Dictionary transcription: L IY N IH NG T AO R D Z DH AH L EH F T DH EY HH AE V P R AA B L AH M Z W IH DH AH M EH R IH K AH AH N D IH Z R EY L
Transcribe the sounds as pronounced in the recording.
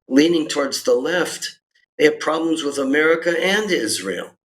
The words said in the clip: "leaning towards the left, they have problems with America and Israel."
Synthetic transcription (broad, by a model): L IY N IH NG T AO R D Z DH AH L EH F T DH EY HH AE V P R AA B L AH M Z W IH DH AH M EH R IH K AH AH N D IH Z R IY L